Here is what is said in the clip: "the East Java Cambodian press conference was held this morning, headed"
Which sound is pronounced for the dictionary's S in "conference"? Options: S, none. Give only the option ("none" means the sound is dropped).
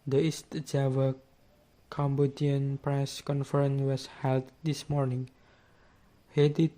none